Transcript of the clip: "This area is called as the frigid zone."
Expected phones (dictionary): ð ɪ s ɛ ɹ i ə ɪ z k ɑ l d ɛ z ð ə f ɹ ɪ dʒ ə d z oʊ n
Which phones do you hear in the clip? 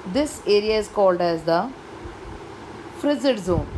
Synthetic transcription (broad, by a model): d ɪ s ɛ ɹ i ə ɪ z k ɑ l d ɛ z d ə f ɹ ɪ z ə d z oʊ n